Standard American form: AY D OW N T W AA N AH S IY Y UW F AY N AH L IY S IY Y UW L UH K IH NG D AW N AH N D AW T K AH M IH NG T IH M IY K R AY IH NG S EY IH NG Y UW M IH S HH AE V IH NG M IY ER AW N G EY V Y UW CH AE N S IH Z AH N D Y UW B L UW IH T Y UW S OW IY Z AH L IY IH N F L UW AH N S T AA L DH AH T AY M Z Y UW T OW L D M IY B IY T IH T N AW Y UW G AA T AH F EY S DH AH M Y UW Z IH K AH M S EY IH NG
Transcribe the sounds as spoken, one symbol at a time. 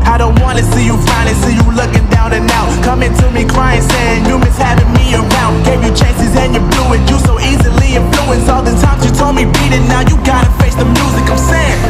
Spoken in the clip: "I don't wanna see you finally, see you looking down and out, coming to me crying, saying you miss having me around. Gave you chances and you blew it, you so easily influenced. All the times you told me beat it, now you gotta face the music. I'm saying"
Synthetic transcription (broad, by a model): AY D OW N T W AA N AH S IY Y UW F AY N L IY S IY Y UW L UH K IH NG D AW N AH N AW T K AH M IH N T IH M IY K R AY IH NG S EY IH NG Y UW M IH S HH AE V IH NG M IY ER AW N G EY V Y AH CH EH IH S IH Z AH N Y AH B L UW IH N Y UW S OW IY Z AH L IY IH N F L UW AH N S AA L DH AH T AY M Z Y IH T OW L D M IY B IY T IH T N AW Y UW G AA T AH F EY S DH AH M Y UW Z IH K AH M S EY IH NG